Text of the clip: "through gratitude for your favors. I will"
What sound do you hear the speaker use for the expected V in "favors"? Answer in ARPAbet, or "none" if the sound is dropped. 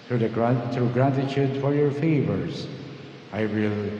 V